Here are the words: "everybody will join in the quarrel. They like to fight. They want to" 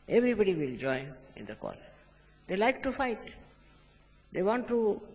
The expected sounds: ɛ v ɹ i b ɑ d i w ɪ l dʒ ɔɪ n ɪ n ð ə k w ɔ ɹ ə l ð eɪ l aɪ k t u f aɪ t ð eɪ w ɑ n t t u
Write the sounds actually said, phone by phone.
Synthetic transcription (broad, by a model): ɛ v ɹ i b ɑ d i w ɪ l dʒ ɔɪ ɪ n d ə k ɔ l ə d eɪ l aɪ k t u f aɪ t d eɪ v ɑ n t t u